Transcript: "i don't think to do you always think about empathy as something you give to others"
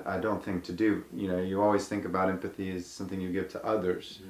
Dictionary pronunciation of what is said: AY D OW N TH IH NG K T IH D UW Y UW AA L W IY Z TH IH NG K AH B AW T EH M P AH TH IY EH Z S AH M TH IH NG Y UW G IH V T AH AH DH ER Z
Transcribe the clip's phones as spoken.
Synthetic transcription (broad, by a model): AY D OW N TH IH NG K T IH D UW Y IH AA L W IY Z TH IH NG K AH B AW T EH M P AH TH IY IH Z S AH M TH IH NG Y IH G IH V T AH AH DH ER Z